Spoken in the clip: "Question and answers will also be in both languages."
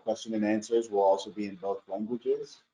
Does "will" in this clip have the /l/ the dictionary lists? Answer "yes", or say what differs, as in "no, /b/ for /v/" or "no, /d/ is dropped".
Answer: yes